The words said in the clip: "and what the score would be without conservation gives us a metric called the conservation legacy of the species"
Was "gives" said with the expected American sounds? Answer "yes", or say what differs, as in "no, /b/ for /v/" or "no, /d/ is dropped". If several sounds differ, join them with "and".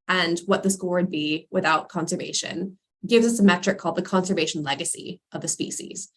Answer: yes